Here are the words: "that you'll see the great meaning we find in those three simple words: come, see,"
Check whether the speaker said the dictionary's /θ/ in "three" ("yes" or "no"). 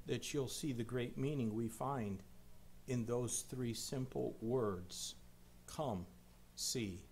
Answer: yes